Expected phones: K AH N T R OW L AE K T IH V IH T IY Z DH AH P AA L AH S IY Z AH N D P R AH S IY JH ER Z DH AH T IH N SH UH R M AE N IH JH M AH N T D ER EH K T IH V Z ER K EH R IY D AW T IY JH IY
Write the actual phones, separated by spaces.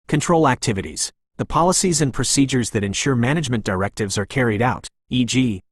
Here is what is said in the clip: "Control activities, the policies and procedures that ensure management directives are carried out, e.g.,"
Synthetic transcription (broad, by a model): K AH N T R OW L AE K T IH V IH T IY Z DH AH P AA L AH S IY Z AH N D P R AH S IY JH ER Z DH AH T IH N SH UH R M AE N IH JH M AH N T D ER EH K T IH V Z ER K EH R IY D AW T IY JH IY